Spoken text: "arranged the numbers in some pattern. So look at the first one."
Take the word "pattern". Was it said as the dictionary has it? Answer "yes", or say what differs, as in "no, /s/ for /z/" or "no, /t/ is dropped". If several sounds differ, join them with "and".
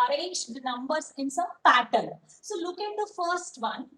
no, /l/ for /n/